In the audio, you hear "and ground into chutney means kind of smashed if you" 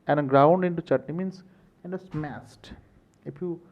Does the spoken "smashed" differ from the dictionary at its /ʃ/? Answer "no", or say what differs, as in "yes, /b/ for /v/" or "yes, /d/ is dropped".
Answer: yes, /s/ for /ʃ/